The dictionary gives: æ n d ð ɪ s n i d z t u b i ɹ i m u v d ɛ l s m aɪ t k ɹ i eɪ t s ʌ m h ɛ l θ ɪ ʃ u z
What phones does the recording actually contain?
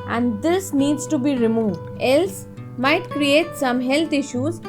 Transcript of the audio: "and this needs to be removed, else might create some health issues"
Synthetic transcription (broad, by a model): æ n d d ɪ s n i d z t u b i ɹ i m u v d ɛ l s m aɪ t k ɹ i eɪ t s ʌ m h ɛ l t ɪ ʃ u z